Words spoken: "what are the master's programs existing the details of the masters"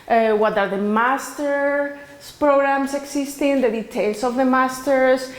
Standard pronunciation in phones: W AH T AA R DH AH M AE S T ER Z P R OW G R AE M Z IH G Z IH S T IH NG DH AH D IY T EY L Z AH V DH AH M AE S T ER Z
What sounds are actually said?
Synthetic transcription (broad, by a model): W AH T AA R DH AH M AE S T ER S P R OW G R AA M S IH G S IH S T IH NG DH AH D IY T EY L S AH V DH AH M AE S T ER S